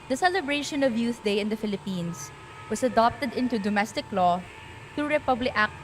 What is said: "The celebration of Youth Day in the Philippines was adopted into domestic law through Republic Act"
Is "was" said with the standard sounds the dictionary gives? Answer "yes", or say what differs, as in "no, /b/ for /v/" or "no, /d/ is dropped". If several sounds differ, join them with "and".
no, /s/ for /z/